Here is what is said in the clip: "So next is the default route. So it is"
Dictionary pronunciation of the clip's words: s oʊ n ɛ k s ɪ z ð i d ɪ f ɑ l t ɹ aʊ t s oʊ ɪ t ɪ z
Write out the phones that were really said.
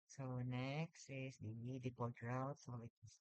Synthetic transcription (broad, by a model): s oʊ n ɛ k s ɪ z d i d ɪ p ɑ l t ɹ aʊ t s oʊ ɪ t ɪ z